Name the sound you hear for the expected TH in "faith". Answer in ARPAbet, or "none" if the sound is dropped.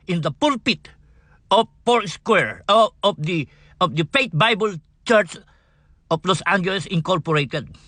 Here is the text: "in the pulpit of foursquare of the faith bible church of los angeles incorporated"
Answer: T